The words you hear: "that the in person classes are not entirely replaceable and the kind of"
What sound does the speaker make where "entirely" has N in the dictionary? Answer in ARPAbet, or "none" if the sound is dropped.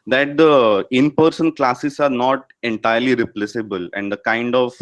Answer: N